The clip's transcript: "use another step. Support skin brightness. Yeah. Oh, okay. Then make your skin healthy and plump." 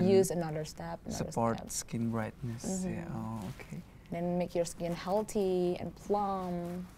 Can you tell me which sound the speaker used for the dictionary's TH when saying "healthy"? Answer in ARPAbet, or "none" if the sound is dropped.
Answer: T